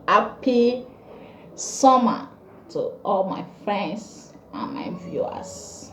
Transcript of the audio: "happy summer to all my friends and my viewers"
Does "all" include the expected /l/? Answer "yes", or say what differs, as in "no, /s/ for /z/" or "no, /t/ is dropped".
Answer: yes